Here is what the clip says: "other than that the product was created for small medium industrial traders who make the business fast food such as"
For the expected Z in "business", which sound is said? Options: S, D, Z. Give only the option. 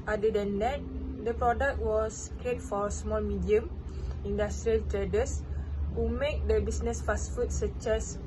S